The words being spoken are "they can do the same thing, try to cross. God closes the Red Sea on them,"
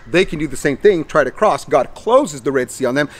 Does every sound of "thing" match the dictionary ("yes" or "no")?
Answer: yes